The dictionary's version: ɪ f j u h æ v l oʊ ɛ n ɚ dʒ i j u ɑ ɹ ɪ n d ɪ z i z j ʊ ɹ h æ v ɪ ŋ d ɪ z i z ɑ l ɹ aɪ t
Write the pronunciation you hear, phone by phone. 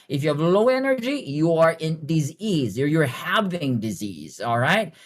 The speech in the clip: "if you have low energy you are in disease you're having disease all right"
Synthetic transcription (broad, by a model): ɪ f j u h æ v l oʊ ɛ n ɚ dʒ i j u ɑ ɹ ɪ n d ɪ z i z j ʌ ɹ h æ v ɪ ŋ d ɪ z i z ɑ l ɹ aɪ t